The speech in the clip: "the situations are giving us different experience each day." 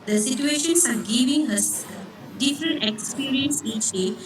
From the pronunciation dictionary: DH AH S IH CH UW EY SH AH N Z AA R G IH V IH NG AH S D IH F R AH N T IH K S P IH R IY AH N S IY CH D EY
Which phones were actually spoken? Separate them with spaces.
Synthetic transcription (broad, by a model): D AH S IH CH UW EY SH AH N S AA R G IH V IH NG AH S D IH F R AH N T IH K S P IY R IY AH N S IY CH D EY